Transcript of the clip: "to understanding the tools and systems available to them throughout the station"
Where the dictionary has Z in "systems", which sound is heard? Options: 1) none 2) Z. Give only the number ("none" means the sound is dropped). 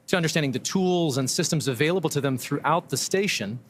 2